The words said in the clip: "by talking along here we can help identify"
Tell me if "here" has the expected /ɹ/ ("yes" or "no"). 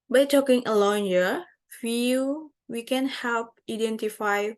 no